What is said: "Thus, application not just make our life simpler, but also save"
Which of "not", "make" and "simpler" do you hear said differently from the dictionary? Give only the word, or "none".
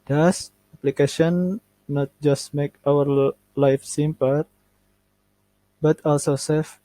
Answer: simpler